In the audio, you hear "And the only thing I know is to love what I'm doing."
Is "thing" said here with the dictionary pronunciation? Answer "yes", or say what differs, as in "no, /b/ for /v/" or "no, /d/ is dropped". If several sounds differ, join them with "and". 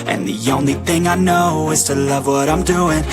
yes